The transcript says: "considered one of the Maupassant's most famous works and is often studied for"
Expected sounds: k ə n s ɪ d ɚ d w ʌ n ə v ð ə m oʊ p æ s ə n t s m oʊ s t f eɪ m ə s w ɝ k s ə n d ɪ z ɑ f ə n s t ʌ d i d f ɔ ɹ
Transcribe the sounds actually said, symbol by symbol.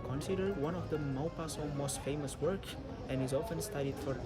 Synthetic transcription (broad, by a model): k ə n s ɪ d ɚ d w ʌ n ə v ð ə m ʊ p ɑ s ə m oʊ s t f eɪ m ə s w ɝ k ə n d ɪ z ɑ f ə n s t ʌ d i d f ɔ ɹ